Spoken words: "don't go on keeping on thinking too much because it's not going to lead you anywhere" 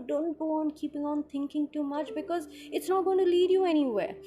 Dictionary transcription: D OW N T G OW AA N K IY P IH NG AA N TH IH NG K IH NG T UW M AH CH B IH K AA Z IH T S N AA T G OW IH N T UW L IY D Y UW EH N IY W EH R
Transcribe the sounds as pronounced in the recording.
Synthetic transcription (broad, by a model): D OW N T G OW AA N K IY P IH NG AA N T IH NG K IH NG T UW M AH CH B IH K AA Z IH T S N AA T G OW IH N T UW L IY D Y UW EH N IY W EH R